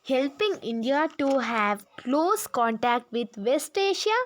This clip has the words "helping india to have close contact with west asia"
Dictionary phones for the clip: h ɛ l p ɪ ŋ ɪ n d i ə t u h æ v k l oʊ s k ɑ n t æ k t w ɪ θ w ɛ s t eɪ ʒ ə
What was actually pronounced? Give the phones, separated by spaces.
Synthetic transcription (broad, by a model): h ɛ l p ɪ ŋ ɪ n d i ə t u h æ v k l oʊ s k ɑ n t æ k t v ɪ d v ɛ s t eɪ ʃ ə